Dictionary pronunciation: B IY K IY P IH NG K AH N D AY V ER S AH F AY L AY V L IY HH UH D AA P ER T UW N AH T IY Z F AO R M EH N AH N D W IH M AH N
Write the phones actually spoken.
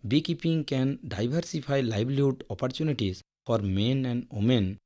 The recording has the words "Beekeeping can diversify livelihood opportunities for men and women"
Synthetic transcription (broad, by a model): B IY K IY P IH NG K AH N D AY B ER S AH P AY L AY B L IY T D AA P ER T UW N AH T IY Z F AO R M EH N AH N D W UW M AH N